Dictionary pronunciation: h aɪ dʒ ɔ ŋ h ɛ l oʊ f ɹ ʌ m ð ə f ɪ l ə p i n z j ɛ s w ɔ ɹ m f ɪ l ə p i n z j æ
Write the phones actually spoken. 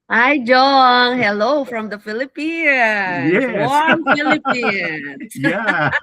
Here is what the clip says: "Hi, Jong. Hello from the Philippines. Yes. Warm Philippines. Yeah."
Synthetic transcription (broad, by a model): aɪ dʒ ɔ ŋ h ɛ l oʊ f ɹ ʌ m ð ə f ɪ l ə p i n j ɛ w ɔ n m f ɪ l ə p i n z j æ